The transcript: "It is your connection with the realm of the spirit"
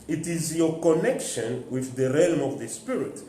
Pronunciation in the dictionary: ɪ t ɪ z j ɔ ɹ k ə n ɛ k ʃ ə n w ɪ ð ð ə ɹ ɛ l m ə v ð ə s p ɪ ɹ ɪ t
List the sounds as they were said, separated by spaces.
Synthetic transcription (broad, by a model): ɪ t ɪ z j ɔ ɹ k ə n ɛ k ʃ ə n w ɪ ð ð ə ɹ ɛ l m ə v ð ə s p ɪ ɹ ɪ t